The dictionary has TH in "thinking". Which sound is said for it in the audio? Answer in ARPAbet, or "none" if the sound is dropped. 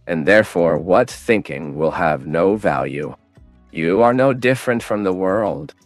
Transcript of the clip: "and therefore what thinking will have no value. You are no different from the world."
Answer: TH